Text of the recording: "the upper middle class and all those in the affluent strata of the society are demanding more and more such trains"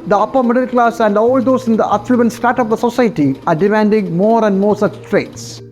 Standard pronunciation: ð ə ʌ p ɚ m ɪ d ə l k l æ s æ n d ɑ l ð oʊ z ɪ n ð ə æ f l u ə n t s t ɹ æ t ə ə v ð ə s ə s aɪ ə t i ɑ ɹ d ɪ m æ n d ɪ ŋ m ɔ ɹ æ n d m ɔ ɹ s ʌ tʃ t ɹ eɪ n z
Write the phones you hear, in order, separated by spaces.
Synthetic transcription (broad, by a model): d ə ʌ p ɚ m ɪ d ə l k l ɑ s æ n d ɑ l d oʊ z ɪ n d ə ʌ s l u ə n s t ɑ t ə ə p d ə s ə s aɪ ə t i ɑ ɹ d ɪ m æ n d ɪ ŋ m ɔ ɹ æ n d m ɔ ɹ s ʌ tʃ t ɹ eɪ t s